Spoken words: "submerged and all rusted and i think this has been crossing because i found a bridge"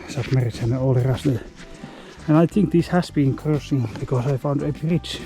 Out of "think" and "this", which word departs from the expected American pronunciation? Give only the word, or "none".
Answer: none